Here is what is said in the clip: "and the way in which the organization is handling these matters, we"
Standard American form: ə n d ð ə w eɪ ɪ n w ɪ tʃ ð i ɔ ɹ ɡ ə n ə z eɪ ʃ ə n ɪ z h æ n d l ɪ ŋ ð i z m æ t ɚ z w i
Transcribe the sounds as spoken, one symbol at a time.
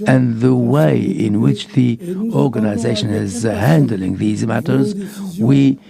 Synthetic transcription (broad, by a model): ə n ð ə w eɪ ɪ n w ɪ tʃ ð i ɔ ɹ ɡ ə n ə z eɪ ʃ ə n ɪ z h æ n d l ɪ ŋ ð i z m æ t ɚ z w i